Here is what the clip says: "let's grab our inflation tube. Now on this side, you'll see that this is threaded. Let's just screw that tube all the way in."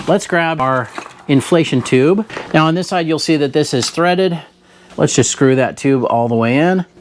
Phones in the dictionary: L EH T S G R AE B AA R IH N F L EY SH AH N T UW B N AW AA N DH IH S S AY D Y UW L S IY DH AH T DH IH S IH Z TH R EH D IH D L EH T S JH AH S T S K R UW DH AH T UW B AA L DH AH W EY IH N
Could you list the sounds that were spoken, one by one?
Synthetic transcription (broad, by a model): L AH T S G R AE B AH R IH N F L EY SH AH N T UW B N AW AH N DH IH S S AY D Y UW L S IY DH AH T DH IH S IH Z TH R EH D IH D L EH T S JH AH S T S K R UW DH AH T UW B AA L DH AH W EY IH N